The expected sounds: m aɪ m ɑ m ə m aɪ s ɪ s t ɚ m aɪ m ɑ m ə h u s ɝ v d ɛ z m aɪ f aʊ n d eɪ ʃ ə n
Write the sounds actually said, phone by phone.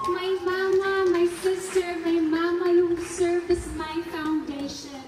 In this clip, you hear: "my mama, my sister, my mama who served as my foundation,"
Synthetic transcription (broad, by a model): m aɪ m ɑ m ə m aɪ s ɪ s t ɚ m aɪ m ɑ m ə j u s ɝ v ɪ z m aɪ f aʊ n d eɪ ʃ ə n